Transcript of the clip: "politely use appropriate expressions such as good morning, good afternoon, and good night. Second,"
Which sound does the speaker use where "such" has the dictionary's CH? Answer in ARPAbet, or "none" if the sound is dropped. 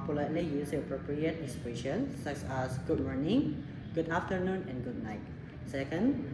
S